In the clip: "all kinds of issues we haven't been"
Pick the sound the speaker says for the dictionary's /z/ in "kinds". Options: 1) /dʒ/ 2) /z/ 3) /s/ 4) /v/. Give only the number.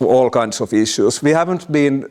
3